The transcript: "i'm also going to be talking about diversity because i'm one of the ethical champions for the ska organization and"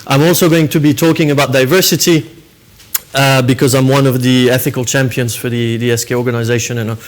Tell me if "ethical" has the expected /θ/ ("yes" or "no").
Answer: yes